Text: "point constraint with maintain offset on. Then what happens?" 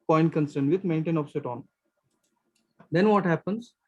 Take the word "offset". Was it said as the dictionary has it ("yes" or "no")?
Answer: no